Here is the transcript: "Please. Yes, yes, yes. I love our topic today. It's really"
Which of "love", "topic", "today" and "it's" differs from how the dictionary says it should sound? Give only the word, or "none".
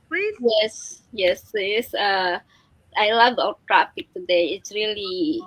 topic